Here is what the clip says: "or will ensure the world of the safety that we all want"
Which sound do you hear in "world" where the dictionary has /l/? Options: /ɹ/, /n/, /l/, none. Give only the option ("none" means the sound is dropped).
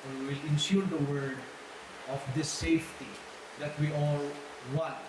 none